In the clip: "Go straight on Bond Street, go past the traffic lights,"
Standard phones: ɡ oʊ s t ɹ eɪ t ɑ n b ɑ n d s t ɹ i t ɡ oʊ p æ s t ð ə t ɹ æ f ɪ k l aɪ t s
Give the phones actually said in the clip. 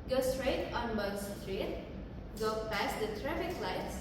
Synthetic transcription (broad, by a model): ɡ oʊ s t ɹ eɪ t ɑ n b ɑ d s t ɹ i t ɡ oʊ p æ s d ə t ɹ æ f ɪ k l aɪ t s